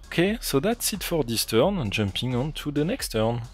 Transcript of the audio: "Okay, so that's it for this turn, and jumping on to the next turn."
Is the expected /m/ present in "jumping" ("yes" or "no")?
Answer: yes